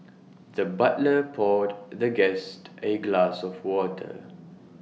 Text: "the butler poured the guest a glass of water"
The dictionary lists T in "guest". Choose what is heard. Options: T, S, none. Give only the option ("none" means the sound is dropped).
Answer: T